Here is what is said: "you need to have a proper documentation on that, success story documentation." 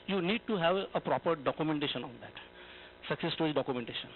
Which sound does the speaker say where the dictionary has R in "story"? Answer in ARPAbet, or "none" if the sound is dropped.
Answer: none